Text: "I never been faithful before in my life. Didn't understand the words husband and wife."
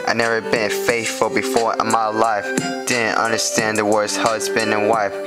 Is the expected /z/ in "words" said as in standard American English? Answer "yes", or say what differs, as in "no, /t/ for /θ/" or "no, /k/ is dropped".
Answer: no, /s/ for /z/